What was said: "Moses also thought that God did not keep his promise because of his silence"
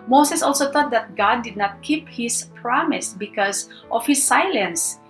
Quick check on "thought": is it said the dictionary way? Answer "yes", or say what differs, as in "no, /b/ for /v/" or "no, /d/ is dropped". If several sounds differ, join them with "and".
no, /t/ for /θ/